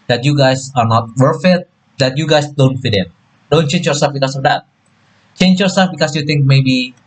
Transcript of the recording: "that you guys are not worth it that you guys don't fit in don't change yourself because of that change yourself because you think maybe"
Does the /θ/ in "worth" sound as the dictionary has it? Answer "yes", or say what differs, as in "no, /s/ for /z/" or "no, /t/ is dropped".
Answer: no, /f/ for /θ/